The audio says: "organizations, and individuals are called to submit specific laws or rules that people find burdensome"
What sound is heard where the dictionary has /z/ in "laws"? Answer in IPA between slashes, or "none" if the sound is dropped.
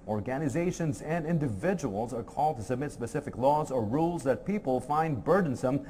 /z/